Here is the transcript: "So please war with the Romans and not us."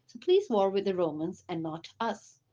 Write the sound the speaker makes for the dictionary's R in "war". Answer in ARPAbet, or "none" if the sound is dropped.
R